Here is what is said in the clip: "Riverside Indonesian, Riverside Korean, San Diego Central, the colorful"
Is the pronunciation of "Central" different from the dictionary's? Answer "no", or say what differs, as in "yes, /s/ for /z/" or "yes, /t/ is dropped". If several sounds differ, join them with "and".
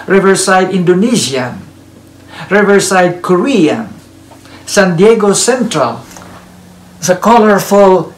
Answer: no